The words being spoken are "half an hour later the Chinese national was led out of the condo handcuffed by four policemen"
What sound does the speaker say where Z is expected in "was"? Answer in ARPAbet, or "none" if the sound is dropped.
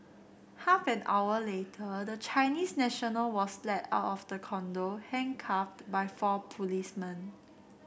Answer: S